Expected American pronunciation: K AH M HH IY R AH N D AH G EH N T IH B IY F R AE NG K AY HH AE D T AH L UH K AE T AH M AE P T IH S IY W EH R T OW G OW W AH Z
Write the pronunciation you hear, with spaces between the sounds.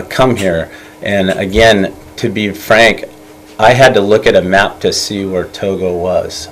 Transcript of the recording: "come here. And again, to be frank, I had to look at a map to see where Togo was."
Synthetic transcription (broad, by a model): K AH M HH IY R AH N AH G EH N T IH B IY F R AE NG K AY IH D T AH L UH K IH T AH M AE P T IH S IY W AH R T OW G OW W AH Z